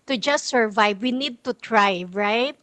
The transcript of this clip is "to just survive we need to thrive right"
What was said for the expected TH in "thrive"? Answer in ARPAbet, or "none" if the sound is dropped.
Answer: T